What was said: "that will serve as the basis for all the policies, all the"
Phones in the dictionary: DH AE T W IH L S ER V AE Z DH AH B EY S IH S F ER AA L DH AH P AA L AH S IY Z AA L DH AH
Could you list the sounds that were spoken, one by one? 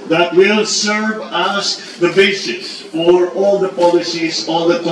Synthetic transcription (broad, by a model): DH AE T W IH L S ER V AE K DH AH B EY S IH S F ER AA L DH AH P AA L AH S IY Z AA L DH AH